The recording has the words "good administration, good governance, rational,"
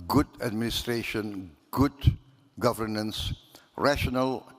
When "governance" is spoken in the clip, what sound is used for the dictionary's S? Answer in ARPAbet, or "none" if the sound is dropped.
S